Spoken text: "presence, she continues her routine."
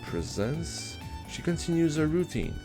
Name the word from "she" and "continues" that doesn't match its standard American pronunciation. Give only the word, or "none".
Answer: none